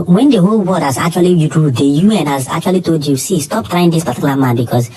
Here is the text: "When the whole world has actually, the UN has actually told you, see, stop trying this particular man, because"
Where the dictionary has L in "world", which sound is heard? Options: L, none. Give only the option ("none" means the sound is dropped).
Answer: none